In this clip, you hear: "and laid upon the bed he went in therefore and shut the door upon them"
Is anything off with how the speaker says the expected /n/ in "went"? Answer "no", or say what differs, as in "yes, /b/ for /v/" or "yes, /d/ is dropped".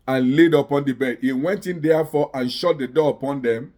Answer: no